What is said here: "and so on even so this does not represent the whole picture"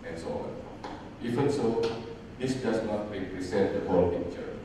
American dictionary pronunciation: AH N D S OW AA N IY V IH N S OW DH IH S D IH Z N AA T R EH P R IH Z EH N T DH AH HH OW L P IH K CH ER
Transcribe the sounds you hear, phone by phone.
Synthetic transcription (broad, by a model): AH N S OW AA N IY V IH N S OW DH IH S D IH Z N AA T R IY R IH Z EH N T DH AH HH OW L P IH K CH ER